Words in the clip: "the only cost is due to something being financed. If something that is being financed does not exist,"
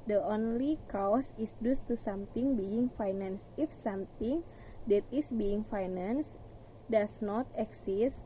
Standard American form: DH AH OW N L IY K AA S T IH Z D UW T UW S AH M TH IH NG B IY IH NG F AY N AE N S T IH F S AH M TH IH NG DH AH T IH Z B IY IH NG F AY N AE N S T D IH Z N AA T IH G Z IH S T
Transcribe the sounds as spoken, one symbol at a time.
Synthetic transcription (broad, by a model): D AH OW N L IY K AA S IH S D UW T UW S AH M T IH NG B IY IH NG F AY N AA N S IH F S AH M T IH NG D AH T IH S B IY IH NG F AY N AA N S D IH S N AA T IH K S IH S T